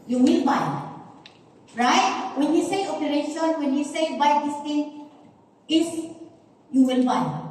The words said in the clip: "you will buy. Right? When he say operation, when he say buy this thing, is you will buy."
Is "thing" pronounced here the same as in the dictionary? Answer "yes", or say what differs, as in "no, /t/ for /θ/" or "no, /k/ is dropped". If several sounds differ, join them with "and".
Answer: no, /t/ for /θ/